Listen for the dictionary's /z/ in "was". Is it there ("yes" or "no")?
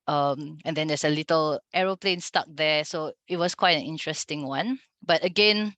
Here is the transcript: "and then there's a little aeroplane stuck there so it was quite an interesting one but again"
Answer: no